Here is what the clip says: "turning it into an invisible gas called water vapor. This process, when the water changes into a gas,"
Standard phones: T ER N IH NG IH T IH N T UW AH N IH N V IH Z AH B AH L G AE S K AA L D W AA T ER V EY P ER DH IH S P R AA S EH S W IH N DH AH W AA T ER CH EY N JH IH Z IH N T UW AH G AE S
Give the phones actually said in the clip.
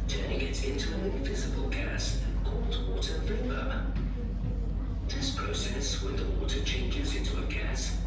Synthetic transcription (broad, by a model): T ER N IH NG IH T IH N T UW AH N IH N V IH Z AH B AH L G AE S K AA L D W AA T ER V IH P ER DH IH S P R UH S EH S W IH DH AH W AA T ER CH EY N JH IH Z IH N T UW AH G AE S